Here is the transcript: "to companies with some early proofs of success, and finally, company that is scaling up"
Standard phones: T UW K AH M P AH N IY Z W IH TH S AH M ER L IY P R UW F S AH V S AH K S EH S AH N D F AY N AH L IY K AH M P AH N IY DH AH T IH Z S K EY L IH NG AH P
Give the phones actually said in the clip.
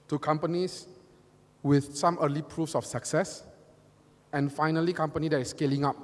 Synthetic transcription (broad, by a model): T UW K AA M P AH N IY S W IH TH S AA M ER L IY P R UW F S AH F S AH K S EH S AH N F AY N AH L IY K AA M P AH N IY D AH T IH S K EY L IH NG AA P